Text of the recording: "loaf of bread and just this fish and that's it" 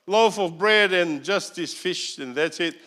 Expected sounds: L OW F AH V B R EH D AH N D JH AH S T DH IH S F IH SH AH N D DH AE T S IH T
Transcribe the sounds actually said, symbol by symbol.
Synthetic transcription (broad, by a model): L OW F AH V B R EH D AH N JH AH S T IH S F IH SH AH N DH AE T S IH T